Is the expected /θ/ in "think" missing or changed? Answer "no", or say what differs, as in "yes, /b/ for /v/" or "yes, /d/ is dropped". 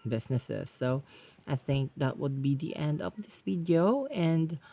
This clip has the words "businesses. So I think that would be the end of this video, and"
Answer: no